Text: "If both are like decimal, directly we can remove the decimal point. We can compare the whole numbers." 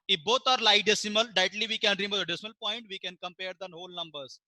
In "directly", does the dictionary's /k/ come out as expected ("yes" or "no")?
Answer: no